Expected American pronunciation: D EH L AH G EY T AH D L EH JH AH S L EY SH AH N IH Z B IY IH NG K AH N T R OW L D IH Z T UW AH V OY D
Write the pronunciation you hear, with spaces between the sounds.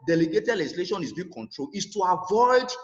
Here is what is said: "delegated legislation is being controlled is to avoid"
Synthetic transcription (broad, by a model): D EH L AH G EY T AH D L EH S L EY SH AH N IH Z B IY K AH N T R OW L IH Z T UW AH V OY D